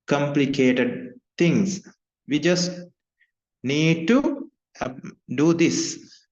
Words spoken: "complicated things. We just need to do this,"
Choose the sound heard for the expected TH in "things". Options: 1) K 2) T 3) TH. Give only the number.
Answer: 2